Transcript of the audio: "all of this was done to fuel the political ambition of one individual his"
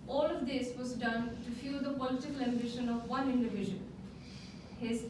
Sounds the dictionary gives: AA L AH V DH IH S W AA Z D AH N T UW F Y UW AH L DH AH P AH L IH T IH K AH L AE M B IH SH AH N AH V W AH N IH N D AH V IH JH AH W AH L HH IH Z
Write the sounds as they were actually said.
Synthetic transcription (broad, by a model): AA L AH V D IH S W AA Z D AH N T UW F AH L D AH P AH L IH T IH K AH L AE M B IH SH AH N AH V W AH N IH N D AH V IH ZH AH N HH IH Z